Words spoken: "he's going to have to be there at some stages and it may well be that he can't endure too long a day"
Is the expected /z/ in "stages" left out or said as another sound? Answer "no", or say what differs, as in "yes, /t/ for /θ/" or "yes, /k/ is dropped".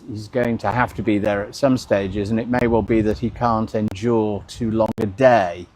no